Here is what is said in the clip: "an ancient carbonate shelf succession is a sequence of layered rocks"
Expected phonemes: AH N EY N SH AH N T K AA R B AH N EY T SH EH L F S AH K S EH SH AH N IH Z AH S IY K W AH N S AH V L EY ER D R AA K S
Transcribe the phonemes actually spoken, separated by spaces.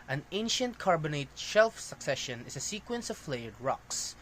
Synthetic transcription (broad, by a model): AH N EY N SH AH N T K AA R B AH N EY T SH EH L F S AH K S EH SH AH N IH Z AH S IY K W AH N S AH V L EY ER D R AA K S